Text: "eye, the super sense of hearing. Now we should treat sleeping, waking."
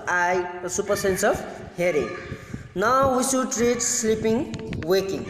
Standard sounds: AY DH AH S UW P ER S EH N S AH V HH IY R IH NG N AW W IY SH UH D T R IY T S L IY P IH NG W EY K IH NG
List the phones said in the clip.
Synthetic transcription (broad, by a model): AY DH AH S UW P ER S EH N S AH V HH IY R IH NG N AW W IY S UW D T R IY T S L IY P IH NG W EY K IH NG